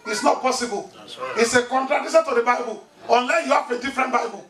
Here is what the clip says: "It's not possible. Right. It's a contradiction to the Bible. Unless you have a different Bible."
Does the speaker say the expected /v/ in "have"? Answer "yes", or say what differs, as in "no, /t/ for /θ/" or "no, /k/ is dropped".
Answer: no, /f/ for /v/